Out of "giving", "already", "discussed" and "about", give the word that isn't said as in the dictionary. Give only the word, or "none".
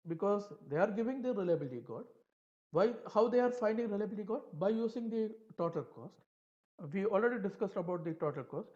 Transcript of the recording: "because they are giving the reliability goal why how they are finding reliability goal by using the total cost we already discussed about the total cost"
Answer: none